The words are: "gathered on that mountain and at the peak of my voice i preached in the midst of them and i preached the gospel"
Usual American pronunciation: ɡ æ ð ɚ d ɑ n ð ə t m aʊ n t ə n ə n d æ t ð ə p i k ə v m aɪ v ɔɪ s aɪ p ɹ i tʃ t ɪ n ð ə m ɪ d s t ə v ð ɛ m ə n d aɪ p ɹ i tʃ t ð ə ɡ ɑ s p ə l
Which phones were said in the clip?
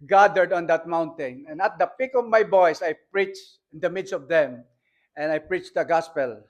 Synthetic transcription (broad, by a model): ɡ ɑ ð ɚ d ɑ n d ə t m aʊ n t ə n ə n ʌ t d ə p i k ə v m aɪ b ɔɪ s aɪ p ɹ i tʃ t ɪ n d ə m ɪ d s t ə v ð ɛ m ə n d aɪ p ɹ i tʃ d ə ɡ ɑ s p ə l